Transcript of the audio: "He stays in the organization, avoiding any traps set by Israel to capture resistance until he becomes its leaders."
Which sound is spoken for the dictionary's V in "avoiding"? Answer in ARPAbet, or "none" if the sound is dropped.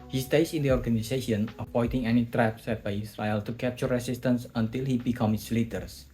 P